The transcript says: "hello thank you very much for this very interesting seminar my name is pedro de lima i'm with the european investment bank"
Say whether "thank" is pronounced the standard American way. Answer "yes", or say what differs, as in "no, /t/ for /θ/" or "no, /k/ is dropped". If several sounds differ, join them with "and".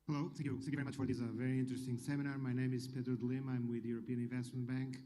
no, /ŋ/ is dropped